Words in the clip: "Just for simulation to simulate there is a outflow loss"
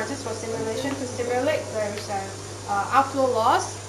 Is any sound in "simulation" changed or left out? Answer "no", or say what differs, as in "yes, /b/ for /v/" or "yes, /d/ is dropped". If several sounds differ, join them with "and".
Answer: no